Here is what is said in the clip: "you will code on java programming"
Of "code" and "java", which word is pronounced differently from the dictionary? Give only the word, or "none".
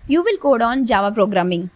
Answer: none